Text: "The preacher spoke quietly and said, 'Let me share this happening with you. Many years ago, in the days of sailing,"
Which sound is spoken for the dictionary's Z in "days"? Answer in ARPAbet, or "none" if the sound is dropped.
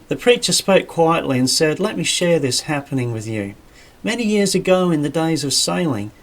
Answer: Z